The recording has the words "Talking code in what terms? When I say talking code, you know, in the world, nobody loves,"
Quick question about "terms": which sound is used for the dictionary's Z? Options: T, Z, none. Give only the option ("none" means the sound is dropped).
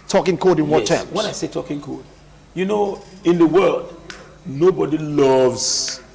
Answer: none